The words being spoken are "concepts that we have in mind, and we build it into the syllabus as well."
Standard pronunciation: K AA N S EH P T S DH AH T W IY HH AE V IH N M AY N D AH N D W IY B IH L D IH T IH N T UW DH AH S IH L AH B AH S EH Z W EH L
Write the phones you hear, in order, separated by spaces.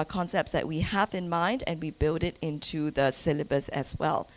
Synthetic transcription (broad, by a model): K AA N S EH P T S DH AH T W IY HH AE V IH N M AY N D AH N W IY B IH L D IH T IH N T UW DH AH S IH L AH B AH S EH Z W EH L